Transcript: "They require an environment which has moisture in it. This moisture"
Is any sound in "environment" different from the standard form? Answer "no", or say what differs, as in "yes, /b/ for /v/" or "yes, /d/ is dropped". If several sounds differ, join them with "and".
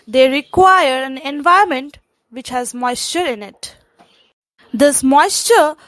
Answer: yes, /ɹ/ is dropped